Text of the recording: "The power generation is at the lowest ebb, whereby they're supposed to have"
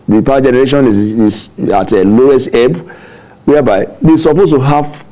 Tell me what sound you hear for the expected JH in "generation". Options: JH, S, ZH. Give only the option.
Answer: JH